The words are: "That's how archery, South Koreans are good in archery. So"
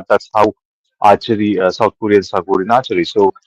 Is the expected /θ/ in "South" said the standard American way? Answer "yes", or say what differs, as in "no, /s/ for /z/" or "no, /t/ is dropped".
no, /t/ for /θ/